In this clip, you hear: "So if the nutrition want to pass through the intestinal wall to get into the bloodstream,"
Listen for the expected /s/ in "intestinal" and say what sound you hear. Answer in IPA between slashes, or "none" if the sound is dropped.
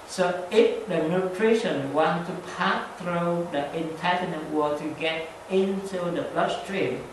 none